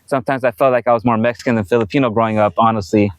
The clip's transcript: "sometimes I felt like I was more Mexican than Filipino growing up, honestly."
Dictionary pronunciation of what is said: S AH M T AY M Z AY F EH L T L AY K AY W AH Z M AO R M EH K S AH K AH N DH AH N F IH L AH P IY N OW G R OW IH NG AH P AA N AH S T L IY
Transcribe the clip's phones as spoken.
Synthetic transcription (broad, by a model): S AH M T AY M Z AY F EH L T L AY K AY W AH Z M AO R M EH K S AH K AH N DH AH N F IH L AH P IY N OW G R OW IH NG AH P AA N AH S T L IY